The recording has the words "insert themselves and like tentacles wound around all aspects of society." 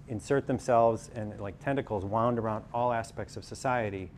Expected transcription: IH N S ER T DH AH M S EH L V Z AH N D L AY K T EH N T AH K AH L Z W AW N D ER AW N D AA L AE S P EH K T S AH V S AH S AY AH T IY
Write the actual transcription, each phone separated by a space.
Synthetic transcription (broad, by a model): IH N S ER T DH AH M S EH L V Z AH N L AY K T EH N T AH K L Z W AW N D ER AW N D AA L AE S P EH K T S AH V S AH S AY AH T IY